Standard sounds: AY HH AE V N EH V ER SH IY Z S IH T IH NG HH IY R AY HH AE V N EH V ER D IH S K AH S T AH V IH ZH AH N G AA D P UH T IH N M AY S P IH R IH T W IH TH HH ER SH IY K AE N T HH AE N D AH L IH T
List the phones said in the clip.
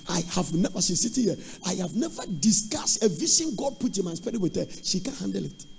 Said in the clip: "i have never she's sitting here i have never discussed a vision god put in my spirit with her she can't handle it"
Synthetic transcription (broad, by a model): AY HH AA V N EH V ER S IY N S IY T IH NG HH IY AY HH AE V N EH V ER D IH S K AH S T AH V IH SH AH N G AA D P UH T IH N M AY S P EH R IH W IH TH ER SH IY K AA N HH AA N D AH L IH T